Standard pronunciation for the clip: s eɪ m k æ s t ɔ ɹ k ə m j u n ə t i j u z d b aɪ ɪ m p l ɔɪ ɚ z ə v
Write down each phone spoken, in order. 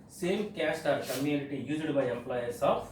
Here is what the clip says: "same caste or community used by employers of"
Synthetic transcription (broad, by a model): s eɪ m k æ s t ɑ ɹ k ə m j u n ə t i j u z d b aɪ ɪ m p l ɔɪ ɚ s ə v